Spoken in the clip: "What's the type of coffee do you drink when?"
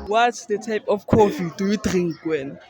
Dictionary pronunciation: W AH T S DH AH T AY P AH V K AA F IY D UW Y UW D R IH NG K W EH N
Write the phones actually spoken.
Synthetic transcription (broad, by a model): W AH T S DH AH T AY P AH F K AA F IY D UW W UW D R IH NG K W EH N